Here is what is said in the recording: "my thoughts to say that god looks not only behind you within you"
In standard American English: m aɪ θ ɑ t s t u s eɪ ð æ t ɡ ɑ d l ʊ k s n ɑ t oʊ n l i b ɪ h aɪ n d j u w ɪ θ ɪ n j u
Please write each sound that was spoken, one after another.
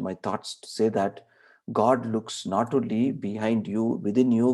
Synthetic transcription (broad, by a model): m aɪ t ɑ t s t u s eɪ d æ t ɡ ɑ d l ʊ k s n ɑ t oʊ l i b ɪ h aɪ n d j u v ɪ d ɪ n j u